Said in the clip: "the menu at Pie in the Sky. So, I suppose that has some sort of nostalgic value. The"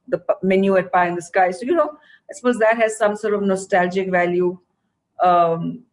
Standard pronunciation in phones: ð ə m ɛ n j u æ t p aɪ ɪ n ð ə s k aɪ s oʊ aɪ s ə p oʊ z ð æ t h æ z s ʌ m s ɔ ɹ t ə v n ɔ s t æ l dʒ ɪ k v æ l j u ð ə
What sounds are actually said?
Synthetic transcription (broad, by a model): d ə m ɛ n j u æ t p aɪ ɪ n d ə s k aɪ s oʊ aɪ s ə p oʊ z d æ t h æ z s ʌ m s ɔ ɹ t ə v n ɔ s t æ l dʒ ɪ k v æ l j u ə